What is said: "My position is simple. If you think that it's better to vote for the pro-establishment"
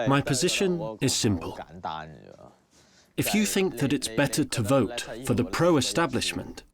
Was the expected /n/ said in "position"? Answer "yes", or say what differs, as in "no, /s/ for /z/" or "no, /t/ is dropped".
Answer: yes